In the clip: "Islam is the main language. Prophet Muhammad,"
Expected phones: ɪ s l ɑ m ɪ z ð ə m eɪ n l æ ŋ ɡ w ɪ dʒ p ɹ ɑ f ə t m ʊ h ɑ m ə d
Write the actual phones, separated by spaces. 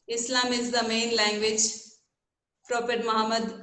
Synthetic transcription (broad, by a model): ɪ s l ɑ m ɪ z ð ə m eɪ n l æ ŋ ɡ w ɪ dʒ p ɹ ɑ p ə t m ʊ h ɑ m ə d